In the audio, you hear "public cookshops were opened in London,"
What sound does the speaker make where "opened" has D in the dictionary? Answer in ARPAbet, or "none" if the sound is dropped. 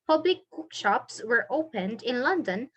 D